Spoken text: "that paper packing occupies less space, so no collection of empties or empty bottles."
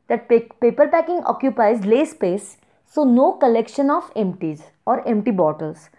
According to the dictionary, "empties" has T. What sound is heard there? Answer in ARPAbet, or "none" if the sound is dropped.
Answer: T